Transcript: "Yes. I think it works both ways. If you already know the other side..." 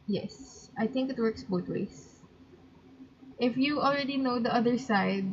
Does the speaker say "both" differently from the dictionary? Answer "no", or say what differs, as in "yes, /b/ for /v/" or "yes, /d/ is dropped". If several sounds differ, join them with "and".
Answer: yes, /t/ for /θ/